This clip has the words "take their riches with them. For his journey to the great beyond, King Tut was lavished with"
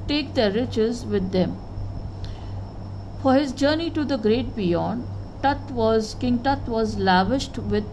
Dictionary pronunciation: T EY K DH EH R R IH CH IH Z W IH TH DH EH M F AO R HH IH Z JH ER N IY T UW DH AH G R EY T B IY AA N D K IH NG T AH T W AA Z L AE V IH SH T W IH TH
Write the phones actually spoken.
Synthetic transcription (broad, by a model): T EY K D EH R R IH CH IH Z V IH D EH M F AO R HH IH Z JH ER N IY T UW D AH G R EY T B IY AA N D K IH NG T AH T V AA Z L AE V IH SH T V IH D